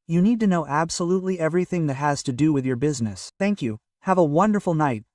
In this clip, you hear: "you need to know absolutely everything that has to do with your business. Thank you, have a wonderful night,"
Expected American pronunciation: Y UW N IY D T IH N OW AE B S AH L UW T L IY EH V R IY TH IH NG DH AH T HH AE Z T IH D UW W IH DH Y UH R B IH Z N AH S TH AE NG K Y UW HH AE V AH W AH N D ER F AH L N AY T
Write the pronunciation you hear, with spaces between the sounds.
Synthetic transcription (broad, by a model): Y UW N IY D T IH N OW AE B S AH L UW T L IY EH V R IY TH IH NG DH AH T HH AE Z T IH D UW W IH DH Y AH R B IH Z N AH S TH AE NG K Y UW HH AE V AH W AH N D ER F L N AY T